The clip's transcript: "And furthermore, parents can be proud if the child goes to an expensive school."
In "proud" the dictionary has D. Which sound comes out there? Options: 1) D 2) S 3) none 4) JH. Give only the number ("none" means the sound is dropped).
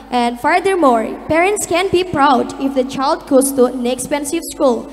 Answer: 1